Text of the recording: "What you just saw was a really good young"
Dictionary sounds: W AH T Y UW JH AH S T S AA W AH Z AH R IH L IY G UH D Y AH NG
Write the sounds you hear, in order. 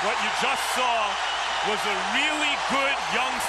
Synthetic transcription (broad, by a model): W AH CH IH JH AH S T S AA W AH Z AH R IH L IY G UH D Y AH NG